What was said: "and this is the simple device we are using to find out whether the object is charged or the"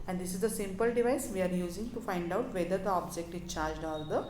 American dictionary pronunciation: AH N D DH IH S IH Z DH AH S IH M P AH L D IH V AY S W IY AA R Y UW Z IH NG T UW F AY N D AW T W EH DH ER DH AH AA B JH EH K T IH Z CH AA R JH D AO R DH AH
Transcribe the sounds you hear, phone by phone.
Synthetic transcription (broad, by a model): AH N D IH S IH Z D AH S IH M P AH L D IH V AY S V IY AA R Y UW Z IH NG T UW F AY N D AW T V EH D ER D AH AA B JH EH K T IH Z CH AA R JH D AO R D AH